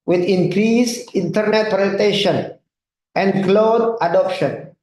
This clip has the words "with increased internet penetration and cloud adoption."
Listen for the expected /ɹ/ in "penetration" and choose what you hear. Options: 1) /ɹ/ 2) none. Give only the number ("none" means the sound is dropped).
2